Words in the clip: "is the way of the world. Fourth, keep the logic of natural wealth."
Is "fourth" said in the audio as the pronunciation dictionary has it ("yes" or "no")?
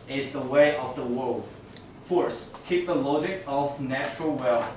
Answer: no